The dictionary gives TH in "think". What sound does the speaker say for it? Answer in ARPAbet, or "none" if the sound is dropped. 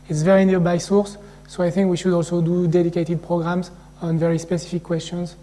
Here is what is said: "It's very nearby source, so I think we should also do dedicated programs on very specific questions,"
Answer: TH